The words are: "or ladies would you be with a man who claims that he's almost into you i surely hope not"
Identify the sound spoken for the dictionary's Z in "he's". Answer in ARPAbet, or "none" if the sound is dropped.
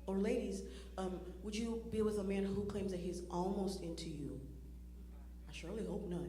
Z